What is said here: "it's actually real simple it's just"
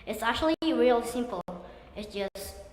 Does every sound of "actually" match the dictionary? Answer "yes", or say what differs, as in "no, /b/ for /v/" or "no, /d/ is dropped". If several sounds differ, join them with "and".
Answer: yes